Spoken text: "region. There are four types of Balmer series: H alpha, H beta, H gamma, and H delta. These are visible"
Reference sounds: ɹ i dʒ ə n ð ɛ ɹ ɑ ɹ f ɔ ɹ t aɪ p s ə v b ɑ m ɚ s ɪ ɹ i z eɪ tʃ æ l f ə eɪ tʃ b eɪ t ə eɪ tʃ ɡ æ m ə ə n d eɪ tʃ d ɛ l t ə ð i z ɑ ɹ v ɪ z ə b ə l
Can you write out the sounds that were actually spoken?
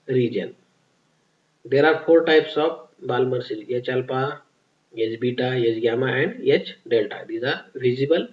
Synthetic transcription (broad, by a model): ɹ i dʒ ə n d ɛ ɹ ɑ ɹ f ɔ ɹ t aɪ p s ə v b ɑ m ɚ s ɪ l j eɪ tʃ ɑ l p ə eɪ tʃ b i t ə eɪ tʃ ɡ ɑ m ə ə n d eɪ tʃ d ɛ l t ə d i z ɑ ɹ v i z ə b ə l